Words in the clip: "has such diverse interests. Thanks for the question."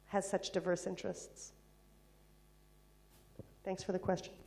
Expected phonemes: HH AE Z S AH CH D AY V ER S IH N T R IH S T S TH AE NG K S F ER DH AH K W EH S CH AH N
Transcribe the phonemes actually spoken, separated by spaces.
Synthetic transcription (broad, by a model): HH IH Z S AH CH D AY V ER S IH N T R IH S T S TH AE NG K S F ER DH AH K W EH S CH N